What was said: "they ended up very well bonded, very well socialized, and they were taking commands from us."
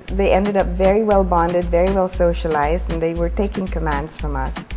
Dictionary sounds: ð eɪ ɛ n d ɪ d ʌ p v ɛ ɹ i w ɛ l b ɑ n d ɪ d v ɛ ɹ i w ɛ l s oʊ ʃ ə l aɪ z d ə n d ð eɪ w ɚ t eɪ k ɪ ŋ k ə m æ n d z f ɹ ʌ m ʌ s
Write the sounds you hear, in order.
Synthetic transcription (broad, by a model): ð eɪ ɛ n d ɪ d ʌ p v ɛ ɹ i w ɛ l b ɑ n d ɪ d v ɛ ɹ i w ɛ l s oʊ ʃ ə l aɪ z d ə n ð eɪ w ɚ t eɪ k ɪ ŋ k ə m æ n d z f ɹ ʌ m ʌ s